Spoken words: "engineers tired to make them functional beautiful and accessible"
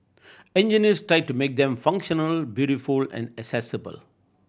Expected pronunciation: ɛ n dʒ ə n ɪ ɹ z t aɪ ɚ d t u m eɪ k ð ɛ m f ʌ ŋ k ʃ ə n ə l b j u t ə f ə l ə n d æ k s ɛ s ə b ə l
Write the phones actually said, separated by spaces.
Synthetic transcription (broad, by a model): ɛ n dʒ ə n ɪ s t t aɪ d t u m eɪ k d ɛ m f ʌ ŋ k ʃ ə n ə l b j u t ə f ə l ə n d æ k s ɛ s ə b ə l